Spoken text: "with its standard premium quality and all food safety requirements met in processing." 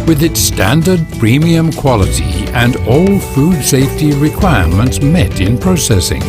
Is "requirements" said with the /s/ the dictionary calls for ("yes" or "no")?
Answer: yes